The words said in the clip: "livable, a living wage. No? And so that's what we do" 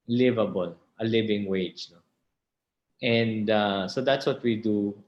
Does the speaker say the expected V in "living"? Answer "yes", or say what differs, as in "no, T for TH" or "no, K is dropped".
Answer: yes